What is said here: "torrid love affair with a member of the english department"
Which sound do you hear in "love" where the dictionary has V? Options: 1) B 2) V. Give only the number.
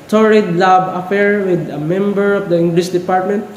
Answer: 1